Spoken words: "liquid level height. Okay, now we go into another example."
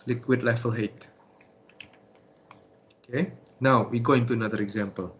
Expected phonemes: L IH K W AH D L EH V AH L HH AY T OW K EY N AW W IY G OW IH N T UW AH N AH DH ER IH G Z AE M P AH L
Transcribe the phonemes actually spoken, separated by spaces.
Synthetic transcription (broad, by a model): L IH K W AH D L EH F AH L HH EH T OW K EY N AW W IY G OW IH N T UW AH N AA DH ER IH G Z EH M P AH L